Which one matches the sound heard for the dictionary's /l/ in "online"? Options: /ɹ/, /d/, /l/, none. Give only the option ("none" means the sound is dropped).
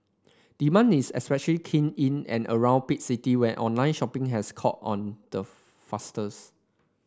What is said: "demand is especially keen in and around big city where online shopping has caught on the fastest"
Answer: /l/